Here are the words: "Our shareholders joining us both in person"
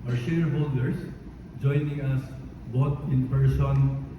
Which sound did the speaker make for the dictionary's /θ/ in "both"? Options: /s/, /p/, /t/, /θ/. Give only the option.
/t/